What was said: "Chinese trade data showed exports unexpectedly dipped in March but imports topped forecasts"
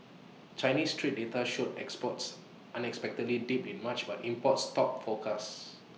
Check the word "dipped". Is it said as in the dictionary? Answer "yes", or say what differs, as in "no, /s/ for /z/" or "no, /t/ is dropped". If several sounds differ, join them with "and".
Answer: no, /t/ is dropped